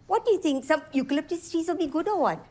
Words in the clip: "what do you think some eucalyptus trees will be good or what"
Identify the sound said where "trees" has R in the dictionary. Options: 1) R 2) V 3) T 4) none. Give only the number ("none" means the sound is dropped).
4